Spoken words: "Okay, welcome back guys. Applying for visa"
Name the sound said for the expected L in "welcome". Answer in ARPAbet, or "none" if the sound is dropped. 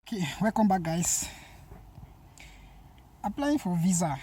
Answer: none